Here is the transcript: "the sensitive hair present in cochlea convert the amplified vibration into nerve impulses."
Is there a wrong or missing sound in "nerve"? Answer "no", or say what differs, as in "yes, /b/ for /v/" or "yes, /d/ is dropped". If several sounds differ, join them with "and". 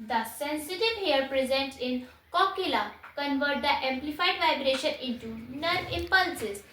yes, /v/ is dropped